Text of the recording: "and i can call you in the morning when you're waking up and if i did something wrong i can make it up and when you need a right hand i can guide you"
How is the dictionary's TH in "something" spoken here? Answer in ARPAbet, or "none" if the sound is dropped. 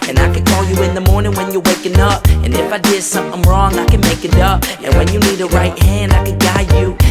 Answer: TH